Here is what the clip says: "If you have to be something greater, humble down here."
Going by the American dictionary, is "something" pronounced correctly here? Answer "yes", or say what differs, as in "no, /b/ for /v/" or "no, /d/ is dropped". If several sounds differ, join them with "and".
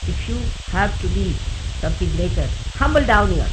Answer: no, /f/ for /θ/